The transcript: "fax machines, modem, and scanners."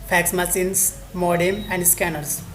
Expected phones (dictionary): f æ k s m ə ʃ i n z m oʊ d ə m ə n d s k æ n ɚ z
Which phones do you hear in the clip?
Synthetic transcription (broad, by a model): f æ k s m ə s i n s m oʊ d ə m ə n d s k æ n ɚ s